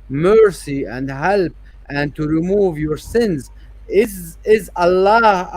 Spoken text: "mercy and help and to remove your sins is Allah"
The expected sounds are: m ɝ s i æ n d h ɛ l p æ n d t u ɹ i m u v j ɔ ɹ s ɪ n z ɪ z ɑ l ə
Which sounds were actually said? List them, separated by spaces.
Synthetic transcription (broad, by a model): m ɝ s i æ n d h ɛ l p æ n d t u ɹ i m u v j ɔ ɹ s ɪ n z ɪ z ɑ l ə